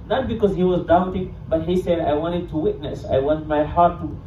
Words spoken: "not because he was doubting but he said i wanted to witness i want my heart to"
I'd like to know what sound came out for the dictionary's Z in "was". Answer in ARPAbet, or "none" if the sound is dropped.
Z